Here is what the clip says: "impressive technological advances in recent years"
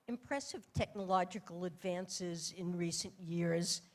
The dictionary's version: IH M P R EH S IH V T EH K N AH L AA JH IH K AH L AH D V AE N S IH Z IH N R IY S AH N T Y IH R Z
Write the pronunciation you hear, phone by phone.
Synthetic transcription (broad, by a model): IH M P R EH S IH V T EH K N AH L AA JH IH K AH L AH D V AE N S IH Z IH N R IY S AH N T Y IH R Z